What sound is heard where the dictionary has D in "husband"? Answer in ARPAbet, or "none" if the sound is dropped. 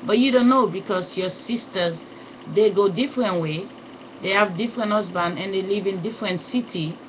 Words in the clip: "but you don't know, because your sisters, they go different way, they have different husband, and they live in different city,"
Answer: none